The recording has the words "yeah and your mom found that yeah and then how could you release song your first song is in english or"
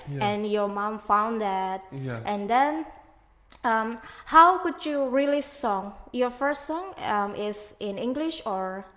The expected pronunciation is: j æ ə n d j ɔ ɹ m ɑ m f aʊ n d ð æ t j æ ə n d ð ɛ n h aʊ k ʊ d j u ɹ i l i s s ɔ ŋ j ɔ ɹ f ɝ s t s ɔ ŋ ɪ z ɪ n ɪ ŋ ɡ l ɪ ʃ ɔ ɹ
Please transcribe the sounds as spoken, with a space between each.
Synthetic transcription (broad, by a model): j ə n j ɔ ɹ m ɑ m f aʊ n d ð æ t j ə n d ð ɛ n h aʊ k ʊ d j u ɹ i l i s s ɔ ŋ j ɔ ɹ f ɝ s t s ɔ ŋ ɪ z ɪ n ɪ ŋ ɡ l ɪ ʃ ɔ ɹ